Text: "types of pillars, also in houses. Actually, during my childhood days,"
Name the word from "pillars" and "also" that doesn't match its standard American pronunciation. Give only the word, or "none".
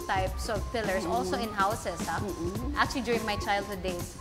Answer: pillars